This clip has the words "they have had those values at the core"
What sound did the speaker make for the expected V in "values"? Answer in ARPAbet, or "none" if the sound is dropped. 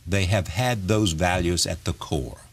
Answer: V